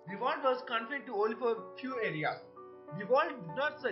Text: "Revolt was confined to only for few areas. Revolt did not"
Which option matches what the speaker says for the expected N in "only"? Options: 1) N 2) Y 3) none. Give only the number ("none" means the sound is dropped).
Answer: 3